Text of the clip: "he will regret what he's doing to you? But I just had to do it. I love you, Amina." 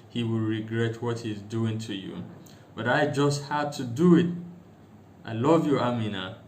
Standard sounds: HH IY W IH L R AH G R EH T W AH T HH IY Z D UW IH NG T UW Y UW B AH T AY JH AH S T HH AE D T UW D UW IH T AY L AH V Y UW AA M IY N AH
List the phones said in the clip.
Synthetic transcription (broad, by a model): HH IY W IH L R AH G R EH T W AH T HH IY Z D UW IH NG T UW Y UW B AH T AY JH AH S T HH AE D T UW D UW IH T AY L AH V Y UW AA M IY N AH